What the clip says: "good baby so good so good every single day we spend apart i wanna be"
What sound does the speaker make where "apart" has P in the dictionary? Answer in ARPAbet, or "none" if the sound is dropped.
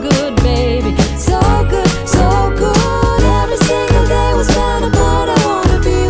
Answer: B